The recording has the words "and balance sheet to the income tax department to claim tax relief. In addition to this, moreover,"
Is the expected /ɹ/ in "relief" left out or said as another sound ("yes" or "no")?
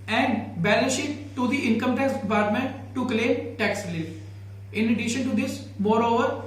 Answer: yes